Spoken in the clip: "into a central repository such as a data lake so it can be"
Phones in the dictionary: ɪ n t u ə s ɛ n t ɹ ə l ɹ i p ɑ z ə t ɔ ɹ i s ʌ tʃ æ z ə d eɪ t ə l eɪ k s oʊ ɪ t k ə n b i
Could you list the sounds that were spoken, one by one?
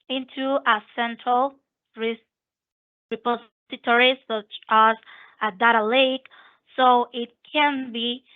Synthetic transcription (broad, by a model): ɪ n t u ə s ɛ n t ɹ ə l ɹ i p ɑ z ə t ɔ ɹ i s ʌ tʃ æ z ə d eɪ t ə l eɪ k s oʊ ɪ t k ə n b i